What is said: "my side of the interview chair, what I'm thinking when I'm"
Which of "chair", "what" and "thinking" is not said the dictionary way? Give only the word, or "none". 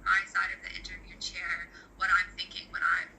none